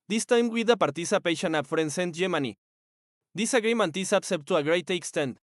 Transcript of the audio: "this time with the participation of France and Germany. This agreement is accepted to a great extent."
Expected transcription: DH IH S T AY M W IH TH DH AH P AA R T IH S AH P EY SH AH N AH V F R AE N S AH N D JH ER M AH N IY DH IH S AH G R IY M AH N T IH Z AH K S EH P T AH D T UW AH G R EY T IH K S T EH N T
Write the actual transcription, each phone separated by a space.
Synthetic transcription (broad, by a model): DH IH S T AY M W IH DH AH P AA R T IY S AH P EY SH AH N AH P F R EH N S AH N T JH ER M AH N IY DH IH S AH G R IY M AH N T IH S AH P S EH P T T UW AH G R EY T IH K S T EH N T